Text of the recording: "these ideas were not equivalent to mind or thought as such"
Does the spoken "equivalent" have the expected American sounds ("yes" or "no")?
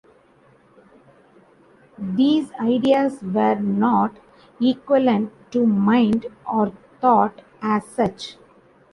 no